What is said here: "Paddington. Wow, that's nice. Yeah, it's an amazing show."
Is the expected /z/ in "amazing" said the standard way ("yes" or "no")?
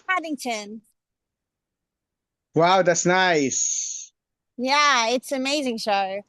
yes